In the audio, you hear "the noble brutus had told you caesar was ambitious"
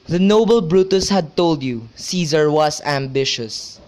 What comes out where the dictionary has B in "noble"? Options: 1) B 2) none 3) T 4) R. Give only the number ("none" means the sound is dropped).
1